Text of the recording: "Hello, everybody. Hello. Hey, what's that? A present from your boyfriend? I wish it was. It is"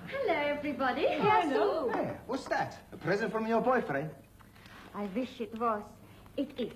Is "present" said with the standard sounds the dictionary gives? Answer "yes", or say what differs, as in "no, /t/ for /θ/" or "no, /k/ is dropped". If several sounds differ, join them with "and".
yes